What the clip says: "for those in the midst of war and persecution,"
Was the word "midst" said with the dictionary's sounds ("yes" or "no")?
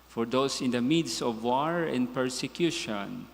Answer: no